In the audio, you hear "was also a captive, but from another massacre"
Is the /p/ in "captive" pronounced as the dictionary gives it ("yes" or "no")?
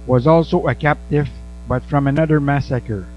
yes